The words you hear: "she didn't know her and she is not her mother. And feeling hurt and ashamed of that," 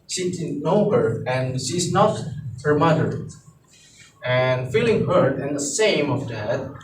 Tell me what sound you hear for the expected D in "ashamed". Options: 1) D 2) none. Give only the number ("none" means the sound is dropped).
2